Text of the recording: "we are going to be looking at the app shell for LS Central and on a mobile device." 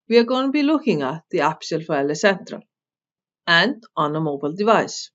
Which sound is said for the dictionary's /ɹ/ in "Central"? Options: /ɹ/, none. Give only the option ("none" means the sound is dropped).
/ɹ/